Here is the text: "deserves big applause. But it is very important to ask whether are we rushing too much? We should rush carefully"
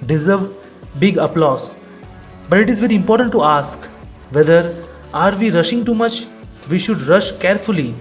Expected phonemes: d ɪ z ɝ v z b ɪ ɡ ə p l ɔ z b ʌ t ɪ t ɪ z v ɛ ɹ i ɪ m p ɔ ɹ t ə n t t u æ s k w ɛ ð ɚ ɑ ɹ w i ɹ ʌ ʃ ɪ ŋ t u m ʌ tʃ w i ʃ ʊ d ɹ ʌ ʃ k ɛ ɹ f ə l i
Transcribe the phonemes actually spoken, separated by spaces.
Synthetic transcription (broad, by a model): d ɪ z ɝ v b ɪ ɡ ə p l ɔ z b ʌ t ɪ t ɪ z v ɛ ɹ i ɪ m p ɔ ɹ t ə n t t u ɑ s k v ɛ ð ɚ ɑ ɹ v i ɹ ʌ ʃ ɪ ŋ t u m ʌ tʃ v i ʃ ʊ d ɹ ʌ ʃ k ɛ ɹ f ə l i